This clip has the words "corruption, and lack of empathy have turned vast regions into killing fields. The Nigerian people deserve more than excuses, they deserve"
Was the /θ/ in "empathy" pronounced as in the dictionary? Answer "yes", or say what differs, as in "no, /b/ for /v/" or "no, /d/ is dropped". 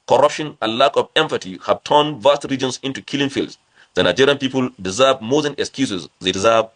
no, /t/ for /θ/